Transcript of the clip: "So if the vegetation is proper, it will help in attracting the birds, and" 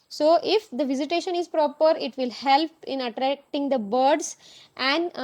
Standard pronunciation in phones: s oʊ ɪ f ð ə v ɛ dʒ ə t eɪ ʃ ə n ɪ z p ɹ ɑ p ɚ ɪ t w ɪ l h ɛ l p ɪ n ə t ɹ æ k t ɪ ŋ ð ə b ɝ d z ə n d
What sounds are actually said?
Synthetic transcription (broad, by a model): s oʊ ɪ f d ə v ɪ z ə t eɪ ʃ ə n ɪ z p ɹ ɑ p ɚ ɪ t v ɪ l h ɛ l p ɪ n ə t ɹ æ k t ɪ ŋ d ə b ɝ d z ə n d